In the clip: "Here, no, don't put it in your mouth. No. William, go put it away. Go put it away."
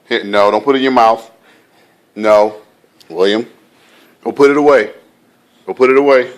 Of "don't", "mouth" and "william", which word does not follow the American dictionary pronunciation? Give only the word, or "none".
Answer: none